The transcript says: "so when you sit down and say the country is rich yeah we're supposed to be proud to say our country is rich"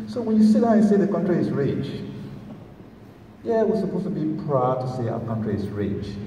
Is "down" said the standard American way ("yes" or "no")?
no